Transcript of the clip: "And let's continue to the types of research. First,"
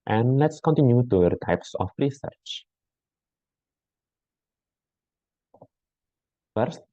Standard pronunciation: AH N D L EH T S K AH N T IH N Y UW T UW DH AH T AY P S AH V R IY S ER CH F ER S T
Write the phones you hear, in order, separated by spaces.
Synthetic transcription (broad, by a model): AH N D L EH T S K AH N T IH N Y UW T UW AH T AY P S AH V R IY S ER CH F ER S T